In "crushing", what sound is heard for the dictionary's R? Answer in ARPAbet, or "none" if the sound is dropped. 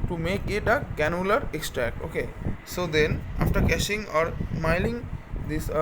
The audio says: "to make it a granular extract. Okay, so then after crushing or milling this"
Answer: none